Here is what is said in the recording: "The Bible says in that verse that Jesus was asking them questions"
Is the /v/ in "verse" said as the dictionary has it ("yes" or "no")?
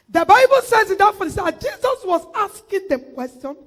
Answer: no